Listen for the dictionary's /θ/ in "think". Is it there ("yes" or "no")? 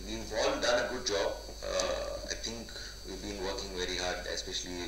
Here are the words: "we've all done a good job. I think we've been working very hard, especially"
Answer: no